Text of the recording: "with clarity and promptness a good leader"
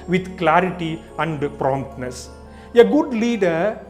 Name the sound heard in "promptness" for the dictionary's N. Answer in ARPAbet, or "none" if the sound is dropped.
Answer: N